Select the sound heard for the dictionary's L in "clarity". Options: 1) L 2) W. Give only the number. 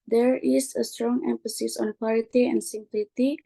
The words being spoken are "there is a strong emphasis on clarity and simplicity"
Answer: 2